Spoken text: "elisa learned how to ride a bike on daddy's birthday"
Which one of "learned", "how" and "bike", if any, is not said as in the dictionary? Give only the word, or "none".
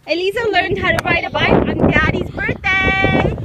bike